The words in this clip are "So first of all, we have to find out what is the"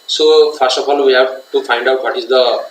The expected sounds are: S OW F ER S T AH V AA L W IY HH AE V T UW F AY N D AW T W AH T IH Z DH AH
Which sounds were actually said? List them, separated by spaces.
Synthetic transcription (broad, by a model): S OW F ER S T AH P AA L W IY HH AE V T UW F AY N D AW T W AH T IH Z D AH